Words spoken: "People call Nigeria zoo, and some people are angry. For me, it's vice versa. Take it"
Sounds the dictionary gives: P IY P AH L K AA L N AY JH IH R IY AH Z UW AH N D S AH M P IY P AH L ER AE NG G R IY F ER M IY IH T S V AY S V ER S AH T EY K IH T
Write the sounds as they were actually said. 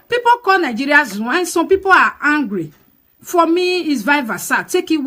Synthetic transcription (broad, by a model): P IY P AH K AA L N AY JH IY R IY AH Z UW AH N S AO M P IY P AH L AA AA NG G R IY F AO M IY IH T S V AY V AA S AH T EY K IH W